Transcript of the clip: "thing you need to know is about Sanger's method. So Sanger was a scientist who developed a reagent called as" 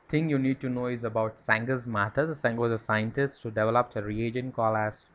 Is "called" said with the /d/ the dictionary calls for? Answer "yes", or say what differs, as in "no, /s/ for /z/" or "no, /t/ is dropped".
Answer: no, /d/ is dropped